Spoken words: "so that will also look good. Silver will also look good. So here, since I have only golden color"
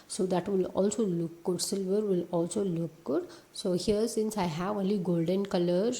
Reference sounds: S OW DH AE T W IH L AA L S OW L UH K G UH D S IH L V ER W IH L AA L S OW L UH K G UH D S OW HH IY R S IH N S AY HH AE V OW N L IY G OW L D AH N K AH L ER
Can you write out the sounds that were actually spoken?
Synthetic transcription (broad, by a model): S OW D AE T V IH L AA L S OW L UH K G UH D S IH L V ER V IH L AA L S OW L UH K G UH D S OW HH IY R S IH N S AY HH AE V OW N L IY G OW L D AH N K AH L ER